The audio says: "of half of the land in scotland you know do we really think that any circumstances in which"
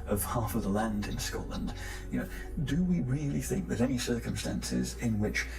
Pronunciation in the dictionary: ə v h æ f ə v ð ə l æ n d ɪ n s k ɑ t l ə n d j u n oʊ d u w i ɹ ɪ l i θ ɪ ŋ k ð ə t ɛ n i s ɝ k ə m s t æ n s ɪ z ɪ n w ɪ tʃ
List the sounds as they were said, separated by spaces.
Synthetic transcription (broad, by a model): ə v h æ f ə v ð ə l æ n d ɪ n s k ɑ t l ə n d j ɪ n oʊ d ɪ w i ɹ ɪ l i θ ɪ ŋ k ð ə t ɛ n i s ɝ k ə m s t æ n s ɪ z ɪ n w ɪ tʃ